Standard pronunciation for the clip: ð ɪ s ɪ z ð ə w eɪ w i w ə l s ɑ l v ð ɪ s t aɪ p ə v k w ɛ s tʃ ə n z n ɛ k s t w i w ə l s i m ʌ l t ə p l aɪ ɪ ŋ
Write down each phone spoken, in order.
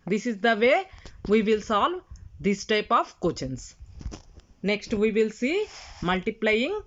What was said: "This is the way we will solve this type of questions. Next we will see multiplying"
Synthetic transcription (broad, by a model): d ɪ s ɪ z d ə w eɪ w i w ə l s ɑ l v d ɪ s t aɪ p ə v k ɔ tʃ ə n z n ɛ k s t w i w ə l s i m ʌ l t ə p l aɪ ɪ ŋ